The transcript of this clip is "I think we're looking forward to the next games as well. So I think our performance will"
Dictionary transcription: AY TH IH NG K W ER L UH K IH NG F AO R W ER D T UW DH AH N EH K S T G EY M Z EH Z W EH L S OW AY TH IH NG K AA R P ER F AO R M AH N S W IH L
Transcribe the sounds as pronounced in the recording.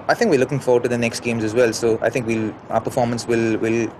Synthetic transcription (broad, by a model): AY T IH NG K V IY L UH K IH NG F AO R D T UW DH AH N EH K S T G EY M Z EH Z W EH L S OW AY T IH NG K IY L P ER F AO R M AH N S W IH L